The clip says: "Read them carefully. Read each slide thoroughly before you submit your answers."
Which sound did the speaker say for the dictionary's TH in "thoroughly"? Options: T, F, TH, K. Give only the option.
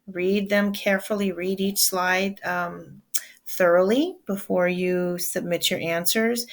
TH